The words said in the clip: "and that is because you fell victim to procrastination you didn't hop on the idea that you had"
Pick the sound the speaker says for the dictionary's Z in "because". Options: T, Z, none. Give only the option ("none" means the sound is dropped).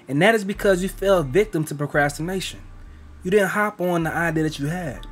Z